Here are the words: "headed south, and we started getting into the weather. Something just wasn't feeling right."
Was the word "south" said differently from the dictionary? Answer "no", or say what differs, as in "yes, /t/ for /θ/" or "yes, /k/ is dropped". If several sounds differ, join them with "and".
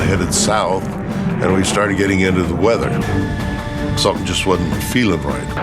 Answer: no